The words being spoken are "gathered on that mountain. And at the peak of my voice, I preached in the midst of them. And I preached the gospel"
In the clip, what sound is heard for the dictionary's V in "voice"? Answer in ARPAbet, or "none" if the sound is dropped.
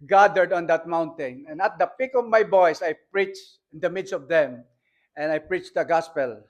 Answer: B